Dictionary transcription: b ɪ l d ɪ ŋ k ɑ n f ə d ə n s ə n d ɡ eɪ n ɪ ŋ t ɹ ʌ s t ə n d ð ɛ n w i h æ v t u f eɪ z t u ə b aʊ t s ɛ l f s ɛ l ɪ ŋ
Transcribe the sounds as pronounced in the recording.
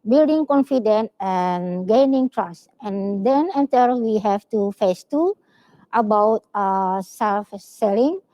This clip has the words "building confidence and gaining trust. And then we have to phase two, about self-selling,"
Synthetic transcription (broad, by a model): b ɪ l d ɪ ŋ k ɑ n f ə d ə n ə n ɡ eɪ n ɪ ŋ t ɹ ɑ s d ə n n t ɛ l w i h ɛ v t u f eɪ s t u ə b aʊ t s ɛ l f s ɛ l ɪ ŋ